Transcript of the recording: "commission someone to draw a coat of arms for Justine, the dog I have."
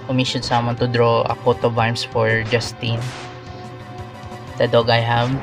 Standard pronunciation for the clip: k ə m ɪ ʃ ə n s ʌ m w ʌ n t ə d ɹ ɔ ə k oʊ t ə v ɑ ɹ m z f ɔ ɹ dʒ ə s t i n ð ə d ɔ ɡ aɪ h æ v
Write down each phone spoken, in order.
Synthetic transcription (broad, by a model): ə m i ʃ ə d s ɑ m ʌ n t ə d ɹ ɔ ə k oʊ t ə b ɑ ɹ m s f ɔ ɹ dʒ ə s t i n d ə d ɔ ɡ aɪ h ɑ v